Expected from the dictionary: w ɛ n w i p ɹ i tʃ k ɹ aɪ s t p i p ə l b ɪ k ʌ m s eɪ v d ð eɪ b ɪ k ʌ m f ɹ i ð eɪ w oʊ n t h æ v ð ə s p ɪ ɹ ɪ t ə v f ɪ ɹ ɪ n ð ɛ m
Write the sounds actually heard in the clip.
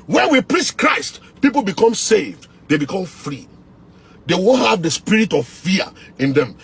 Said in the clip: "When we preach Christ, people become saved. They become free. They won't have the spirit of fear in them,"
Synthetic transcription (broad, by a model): w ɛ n w i p ɹ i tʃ k ɹ aɪ s t p i p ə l b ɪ k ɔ m s eɪ v d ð eɪ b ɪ k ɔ m f ɹ i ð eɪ w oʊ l h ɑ v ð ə s p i ɹ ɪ t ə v f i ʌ ɪ n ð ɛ m